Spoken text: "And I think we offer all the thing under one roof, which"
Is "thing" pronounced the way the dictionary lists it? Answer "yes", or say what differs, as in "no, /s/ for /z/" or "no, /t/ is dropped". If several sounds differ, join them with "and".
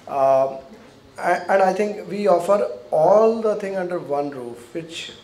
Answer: no, /t/ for /θ/